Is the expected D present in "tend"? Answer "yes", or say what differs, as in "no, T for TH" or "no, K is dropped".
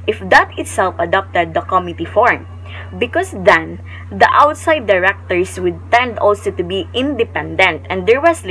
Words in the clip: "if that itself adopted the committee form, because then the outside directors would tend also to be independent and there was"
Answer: yes